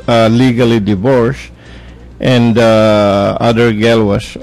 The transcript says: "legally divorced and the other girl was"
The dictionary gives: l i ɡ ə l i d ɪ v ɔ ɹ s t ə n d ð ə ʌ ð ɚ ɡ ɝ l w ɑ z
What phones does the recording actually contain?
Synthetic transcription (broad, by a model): l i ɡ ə l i d ɪ v ɔ ɹ s t ə n d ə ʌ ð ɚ ɡ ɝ l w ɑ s